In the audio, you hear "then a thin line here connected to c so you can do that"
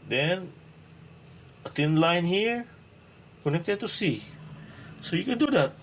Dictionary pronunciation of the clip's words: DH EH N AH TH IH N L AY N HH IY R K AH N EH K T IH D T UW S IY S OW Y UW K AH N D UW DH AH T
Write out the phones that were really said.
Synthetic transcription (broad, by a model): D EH N AH T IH N L AY N HH IY R K AH N EH K T IH D T UW S IY S OW Y UW K AH N D UW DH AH T